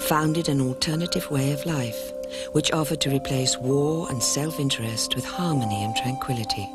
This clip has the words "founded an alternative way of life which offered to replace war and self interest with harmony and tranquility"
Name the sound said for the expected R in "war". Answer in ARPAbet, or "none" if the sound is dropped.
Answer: R